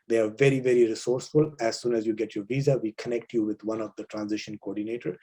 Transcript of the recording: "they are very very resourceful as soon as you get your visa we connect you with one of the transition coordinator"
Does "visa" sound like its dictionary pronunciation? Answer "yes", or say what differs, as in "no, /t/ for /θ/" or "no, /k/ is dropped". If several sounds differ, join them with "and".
yes